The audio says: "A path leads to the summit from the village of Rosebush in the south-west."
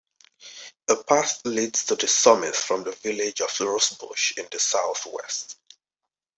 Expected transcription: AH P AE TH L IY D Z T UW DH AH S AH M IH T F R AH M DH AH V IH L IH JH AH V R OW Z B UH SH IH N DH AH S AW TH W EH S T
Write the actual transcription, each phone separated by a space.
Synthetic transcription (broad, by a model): AH P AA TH L IY D Z T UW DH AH S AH M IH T F R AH M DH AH V IH L IH JH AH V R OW S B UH SH IH N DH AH S AW TH W EH S T